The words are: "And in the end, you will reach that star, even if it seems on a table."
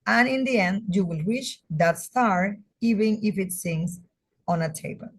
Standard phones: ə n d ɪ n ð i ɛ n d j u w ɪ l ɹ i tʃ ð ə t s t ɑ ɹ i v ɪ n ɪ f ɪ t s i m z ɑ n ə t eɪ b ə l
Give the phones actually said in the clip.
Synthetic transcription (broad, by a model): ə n ɪ n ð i ɛ n d j u w ɪ l w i ʃ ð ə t s t ɑ ɹ i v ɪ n ɪ f ɪ t s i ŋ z ɑ n ə t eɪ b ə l